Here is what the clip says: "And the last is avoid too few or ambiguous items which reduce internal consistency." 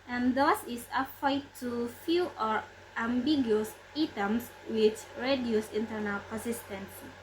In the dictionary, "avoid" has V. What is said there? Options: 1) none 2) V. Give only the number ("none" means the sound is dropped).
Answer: 1